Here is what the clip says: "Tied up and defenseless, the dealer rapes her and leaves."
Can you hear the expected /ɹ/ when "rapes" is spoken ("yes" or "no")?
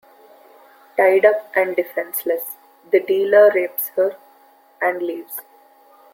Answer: yes